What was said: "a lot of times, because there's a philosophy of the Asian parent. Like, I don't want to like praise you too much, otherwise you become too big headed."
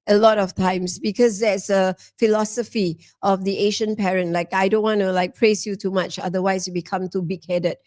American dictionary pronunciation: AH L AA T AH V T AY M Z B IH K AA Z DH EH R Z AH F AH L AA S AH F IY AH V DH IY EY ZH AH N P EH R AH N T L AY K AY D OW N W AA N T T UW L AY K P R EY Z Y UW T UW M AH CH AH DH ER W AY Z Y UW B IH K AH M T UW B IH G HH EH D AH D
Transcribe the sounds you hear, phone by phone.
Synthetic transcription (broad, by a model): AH L AA T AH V T AY M S B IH K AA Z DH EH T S AH F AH L AA S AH F IY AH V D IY EY SH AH N P EH R AH N T L AY K AY D OW N W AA N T T UW L AY K P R EY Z Y UW T UW M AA CH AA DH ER W AY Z Y UW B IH K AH M T UW B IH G HH EH D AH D